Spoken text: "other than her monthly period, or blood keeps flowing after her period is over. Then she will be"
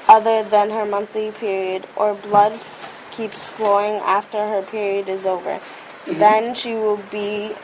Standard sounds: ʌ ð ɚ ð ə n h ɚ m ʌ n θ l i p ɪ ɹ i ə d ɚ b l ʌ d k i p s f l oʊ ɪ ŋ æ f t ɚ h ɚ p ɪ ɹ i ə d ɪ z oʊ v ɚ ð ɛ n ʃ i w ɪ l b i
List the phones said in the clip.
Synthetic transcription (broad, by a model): ʌ ð ɚ ð ə n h ɚ m ʌ n θ l i p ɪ ɹ i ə d ɚ b l ʌ d k i p s f l oʊ ɪ ŋ æ f t ɚ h ɚ p ɪ ɹ i ə d ɪ z oʊ v ɚ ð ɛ n ʃ i w ɪ l b i